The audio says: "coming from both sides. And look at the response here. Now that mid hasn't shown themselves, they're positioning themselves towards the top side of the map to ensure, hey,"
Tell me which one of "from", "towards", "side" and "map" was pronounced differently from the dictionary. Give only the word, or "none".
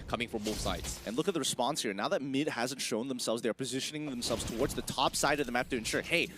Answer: map